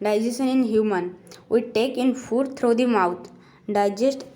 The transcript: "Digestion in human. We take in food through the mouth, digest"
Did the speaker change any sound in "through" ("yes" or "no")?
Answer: yes